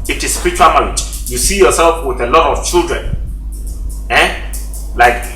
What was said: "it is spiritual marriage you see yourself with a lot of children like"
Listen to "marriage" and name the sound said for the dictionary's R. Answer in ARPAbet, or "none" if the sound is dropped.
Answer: L